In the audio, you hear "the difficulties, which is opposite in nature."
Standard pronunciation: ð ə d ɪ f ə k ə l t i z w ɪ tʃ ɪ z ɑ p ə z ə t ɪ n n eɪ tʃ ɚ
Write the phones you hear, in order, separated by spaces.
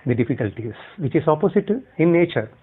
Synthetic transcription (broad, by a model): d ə d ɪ f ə k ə l t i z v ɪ tʃ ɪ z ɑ p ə s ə t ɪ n n eɪ tʃ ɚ